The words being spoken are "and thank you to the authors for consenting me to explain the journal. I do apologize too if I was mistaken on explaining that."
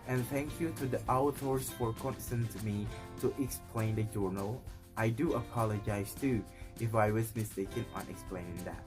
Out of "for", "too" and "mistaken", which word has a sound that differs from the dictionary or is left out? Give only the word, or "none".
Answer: none